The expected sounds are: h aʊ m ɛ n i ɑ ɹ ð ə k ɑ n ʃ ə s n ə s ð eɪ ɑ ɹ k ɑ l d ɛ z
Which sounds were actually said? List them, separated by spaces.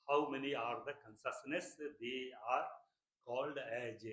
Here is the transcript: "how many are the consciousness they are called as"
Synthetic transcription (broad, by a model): h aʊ m ɛ n i ɑ ɹ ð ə k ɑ n s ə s n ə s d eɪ ɑ ɹ k ɑ l d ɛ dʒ